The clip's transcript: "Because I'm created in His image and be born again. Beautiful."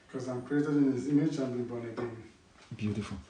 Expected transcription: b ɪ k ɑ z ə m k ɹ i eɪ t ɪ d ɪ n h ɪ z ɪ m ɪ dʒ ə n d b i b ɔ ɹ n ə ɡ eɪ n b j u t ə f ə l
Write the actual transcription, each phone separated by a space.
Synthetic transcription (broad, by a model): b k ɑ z ə m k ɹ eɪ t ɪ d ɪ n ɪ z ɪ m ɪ tʃ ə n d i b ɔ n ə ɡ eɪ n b j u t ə f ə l